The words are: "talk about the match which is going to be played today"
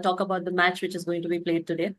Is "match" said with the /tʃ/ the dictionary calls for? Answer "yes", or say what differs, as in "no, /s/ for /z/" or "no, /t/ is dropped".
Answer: yes